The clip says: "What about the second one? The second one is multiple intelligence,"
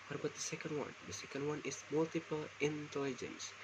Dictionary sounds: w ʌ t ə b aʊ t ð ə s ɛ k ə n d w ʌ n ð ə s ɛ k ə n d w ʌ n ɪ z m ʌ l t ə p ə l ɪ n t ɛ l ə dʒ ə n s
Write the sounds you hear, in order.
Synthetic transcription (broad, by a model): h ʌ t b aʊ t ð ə s ɛ k ə n d w ʌ n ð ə s ɛ k ə n d w ʌ n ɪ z m ʌ l t ə p ə l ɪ n t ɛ l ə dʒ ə n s